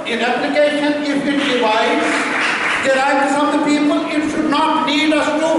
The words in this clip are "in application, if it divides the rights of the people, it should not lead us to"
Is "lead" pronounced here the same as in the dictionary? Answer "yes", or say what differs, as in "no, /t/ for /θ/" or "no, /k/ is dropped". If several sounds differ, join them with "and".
no, /n/ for /l/